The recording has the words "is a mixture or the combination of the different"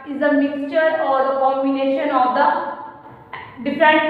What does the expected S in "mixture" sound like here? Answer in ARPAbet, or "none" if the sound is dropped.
S